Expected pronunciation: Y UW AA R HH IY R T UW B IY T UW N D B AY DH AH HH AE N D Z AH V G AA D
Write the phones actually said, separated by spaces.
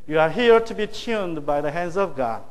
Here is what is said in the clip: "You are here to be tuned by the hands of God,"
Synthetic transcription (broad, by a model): Y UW AA R HH IY R T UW B IY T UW N D B AY DH AH HH AE N D Z AH V G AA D